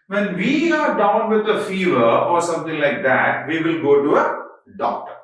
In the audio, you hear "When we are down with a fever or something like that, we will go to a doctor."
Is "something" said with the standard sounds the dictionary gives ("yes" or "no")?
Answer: no